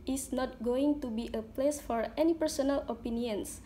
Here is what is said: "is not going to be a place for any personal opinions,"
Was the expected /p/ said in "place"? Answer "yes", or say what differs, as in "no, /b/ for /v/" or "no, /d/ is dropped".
yes